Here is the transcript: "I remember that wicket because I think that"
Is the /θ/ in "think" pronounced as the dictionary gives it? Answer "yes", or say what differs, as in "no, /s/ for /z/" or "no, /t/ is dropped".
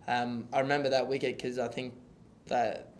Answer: yes